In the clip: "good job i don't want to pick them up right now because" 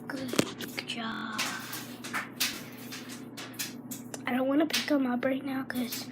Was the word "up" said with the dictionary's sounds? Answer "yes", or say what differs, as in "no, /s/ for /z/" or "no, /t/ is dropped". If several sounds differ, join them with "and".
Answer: no, /b/ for /p/